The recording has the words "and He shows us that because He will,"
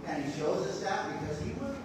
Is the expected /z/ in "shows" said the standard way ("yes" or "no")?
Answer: yes